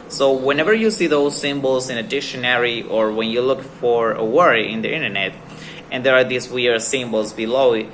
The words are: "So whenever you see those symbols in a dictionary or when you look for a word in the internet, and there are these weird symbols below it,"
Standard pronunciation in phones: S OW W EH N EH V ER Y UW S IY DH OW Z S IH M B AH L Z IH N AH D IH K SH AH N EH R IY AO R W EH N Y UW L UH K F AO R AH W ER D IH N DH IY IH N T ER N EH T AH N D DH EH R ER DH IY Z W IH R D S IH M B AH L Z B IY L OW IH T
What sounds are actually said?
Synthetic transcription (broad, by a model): S OW W EH N EH V ER Y UW S IY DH OW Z S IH M B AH L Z IH N AH D IH K SH AH N EH R IY AO R W EH N Y UW L UH K F AO R AH W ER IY IH N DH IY IH N T ER N EH T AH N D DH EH R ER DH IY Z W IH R S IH M B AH L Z B IY L OW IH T